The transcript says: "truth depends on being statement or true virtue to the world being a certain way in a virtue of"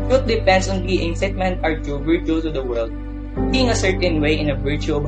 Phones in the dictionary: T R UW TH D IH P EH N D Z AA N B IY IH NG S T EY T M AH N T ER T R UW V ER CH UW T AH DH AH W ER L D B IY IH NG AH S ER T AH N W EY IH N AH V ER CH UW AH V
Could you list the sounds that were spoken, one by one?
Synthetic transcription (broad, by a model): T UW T D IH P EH N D S AA N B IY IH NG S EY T M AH N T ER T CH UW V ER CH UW S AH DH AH W ER L D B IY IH NG AH S ER T AH N W EY IH N AH V ER CH UW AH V